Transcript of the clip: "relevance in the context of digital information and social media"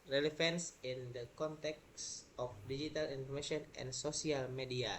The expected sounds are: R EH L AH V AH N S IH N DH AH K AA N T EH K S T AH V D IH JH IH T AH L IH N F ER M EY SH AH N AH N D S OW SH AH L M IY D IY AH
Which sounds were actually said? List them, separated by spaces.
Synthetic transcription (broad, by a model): R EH L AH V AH N S IH N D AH K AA N T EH K S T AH F D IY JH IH T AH L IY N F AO M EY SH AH N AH N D S OW S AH L M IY D IY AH